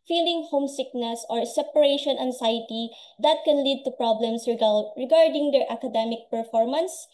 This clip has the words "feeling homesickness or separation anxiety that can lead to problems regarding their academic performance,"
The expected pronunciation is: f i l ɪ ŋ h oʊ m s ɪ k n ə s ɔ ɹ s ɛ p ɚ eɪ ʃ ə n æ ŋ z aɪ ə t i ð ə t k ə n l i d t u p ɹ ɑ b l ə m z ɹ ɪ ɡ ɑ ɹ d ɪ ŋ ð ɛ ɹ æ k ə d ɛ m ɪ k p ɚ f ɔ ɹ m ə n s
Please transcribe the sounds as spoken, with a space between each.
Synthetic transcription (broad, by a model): f i l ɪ ŋ h oʊ m s ɪ k n ə s ɔ ɹ s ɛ p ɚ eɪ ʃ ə n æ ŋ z aɪ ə t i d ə t k ə n l i d t u p ɹ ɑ b l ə m s ɹ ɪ ɡ ɑ ɹ d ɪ ŋ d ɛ ɹ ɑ k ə d ɛ m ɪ k p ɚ f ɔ ɹ m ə n s